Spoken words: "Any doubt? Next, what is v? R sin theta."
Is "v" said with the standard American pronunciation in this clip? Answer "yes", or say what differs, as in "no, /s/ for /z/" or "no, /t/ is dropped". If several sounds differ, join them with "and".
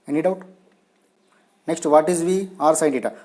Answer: yes